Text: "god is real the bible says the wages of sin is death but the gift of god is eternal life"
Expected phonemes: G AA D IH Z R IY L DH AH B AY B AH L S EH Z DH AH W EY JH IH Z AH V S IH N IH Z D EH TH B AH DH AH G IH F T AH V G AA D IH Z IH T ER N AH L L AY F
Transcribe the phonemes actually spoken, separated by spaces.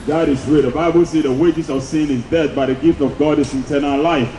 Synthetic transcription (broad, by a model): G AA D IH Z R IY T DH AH B AY B AH L S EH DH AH W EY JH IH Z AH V S IH N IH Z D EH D B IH DH AH G IH F T AH V G AA D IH S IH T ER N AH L L AY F